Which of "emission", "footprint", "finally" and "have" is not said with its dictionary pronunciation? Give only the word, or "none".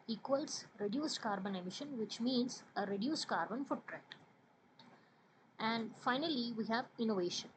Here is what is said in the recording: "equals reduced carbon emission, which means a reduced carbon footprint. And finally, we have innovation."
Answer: footprint